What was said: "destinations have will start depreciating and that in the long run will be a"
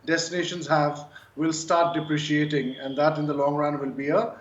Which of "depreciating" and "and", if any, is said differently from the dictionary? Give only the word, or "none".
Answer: none